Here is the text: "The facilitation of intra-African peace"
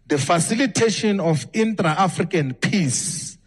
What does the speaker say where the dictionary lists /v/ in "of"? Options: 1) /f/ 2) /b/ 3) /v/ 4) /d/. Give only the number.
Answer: 1